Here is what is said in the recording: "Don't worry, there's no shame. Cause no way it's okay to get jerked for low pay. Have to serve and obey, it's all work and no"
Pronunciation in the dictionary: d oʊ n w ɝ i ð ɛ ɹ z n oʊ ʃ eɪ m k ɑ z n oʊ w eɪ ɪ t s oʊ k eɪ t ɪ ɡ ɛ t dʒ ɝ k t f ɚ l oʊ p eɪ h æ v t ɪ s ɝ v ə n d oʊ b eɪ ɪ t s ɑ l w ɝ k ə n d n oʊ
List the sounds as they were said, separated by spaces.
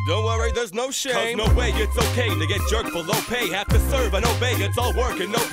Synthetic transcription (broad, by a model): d oʊ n w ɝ i ð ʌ ɹ z n oʊ ʃ eɪ m n oʊ w eɪ ɪ t s oʊ k eɪ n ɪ ɡ ɛ t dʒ ɝ k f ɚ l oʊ p eɪ h æ f t ɪ s ɝ v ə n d oʊ b eɪ ɪ t s ɑ l w ɝ k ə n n oʊ